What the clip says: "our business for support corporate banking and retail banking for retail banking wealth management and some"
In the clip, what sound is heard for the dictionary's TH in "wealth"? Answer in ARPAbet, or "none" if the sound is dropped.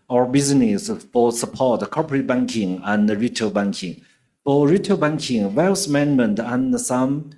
S